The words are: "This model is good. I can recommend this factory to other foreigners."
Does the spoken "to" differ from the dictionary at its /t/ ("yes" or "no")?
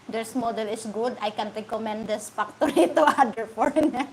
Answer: no